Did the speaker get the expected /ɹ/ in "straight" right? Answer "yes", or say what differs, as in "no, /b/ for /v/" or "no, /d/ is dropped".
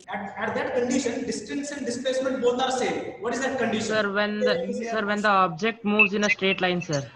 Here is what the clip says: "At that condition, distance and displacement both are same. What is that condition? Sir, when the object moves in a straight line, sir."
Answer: yes